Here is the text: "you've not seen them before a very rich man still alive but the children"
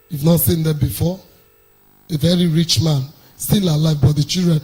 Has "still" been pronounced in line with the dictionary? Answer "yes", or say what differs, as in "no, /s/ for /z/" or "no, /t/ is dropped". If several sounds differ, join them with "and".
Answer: no, /n/ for /l/